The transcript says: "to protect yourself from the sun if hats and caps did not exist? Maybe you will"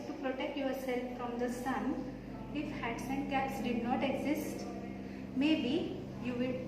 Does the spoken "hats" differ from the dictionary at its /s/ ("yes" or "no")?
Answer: no